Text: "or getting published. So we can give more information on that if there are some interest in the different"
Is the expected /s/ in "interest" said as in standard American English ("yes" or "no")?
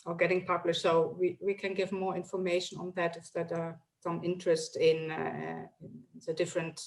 yes